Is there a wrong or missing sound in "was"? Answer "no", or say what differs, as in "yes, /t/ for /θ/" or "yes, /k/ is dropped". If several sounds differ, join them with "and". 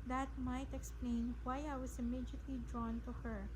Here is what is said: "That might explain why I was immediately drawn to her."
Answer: yes, /s/ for /z/